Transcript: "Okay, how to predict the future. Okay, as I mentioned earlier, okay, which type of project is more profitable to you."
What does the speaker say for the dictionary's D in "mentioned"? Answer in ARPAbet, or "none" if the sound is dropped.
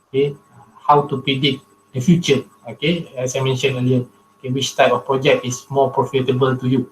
none